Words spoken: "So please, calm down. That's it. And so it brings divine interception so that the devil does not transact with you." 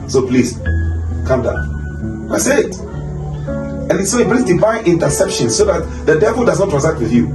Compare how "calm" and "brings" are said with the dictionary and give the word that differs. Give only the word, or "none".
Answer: brings